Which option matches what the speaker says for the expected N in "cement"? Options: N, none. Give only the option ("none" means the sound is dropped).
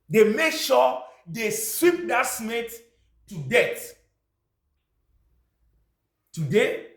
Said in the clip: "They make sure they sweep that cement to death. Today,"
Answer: none